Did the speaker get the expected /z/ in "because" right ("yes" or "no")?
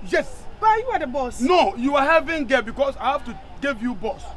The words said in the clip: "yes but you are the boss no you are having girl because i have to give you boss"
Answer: no